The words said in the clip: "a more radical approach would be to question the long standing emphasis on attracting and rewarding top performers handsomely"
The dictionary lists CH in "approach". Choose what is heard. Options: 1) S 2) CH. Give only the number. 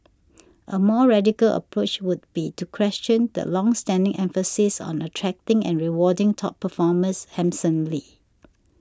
2